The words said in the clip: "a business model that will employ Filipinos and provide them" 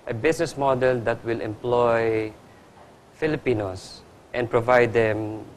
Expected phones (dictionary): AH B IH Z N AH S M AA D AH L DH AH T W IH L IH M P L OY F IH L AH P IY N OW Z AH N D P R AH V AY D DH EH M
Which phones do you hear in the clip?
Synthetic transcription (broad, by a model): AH B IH S N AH S M AA D AH L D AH T W IH L IH M P L OY F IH L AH P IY N OW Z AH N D P R AH V AY D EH M